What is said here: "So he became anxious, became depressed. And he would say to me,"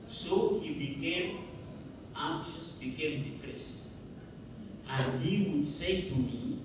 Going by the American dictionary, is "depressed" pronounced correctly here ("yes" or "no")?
yes